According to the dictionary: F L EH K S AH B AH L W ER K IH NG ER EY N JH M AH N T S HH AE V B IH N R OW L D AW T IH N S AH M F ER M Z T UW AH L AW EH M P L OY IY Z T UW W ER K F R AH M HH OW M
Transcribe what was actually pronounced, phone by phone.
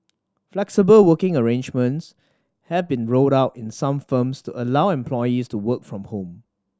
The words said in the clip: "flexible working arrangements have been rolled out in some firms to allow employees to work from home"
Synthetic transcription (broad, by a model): F L EH K S AH B AH L W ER K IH NG ER EY N JH M AH N T S HH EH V B IH N R OW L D AW T IH N S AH M F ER M S T UW AH L AW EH M P L OY IY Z T UW W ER K F R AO M HH OW M